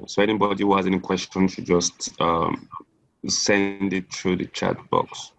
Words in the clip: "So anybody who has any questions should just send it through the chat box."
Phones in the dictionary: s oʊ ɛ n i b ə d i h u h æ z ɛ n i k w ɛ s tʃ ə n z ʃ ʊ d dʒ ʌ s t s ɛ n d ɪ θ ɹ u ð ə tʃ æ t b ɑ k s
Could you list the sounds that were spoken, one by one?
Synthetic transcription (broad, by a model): s oʊ ɛ n i b ə d i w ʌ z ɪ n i k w ɛ s tʃ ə n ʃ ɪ dʒ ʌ s t s ɛ n d ɪ t ɹ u ð ə tʃ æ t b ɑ k s